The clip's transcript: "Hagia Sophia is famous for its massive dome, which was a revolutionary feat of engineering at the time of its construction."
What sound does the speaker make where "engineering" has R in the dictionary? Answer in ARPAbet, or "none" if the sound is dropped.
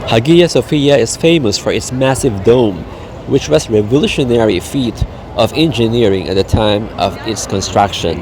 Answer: R